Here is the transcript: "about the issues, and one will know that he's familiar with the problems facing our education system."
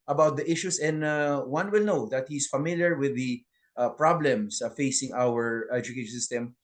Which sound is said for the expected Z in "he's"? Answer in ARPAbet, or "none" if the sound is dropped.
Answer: S